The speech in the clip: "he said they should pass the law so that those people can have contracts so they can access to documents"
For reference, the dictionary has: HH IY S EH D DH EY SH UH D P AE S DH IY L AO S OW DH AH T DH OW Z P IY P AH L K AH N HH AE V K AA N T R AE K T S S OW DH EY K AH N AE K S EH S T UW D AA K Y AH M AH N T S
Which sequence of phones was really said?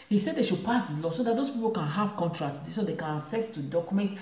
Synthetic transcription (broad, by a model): HH IY S EH D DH EY SH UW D P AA S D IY L AO S OW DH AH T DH OW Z P IY P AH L K AH N HH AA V K AA N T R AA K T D S OW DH EY K AH N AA S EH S T UW D AA K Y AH M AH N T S